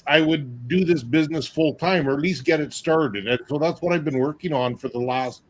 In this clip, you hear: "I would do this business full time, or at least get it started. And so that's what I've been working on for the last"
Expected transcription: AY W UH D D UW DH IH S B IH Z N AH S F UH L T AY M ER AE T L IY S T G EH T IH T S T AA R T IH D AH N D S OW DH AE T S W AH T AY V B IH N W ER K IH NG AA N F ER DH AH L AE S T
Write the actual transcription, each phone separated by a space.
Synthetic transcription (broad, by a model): AY W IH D D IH DH IH S B IH Z N AH S F UH L T AY M ER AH T L IY S T G EH T IH T S T AA R T IH D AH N S OW DH AE T S W AH T AY V B IH N W ER K IH NG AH N F ER DH AH L AE S T